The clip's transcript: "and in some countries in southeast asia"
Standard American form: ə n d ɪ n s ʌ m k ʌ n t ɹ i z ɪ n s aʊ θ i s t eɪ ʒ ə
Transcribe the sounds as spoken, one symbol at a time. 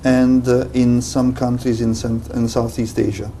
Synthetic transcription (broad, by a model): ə n d ɪ n s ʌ m k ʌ n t ɹ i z ɪ n s aʊ θ i s t eɪ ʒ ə